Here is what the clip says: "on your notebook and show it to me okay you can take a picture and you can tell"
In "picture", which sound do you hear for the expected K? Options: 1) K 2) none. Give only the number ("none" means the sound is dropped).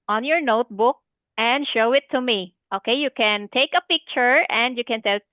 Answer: 1